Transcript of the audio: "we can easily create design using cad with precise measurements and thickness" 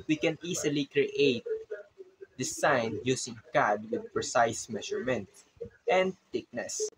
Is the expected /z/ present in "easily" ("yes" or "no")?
no